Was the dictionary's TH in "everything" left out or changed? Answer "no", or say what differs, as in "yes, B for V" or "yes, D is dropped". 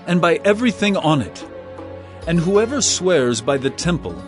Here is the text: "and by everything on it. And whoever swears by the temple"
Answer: no